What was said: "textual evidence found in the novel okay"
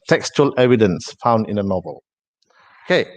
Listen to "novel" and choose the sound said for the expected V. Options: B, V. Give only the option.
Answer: V